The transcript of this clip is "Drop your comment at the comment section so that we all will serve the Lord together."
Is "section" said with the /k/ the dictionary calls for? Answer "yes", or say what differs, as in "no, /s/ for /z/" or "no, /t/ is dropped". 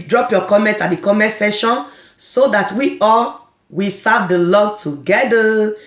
no, /k/ is dropped